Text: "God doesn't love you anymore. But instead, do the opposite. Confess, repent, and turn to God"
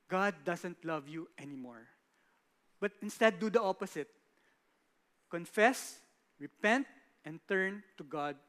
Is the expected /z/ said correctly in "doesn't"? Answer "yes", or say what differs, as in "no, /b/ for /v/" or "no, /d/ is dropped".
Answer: no, /s/ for /z/